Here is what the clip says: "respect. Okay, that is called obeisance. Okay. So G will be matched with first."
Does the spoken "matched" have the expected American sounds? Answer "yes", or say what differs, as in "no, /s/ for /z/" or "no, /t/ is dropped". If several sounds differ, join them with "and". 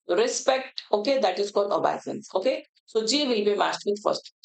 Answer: no, /s/ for /tʃ/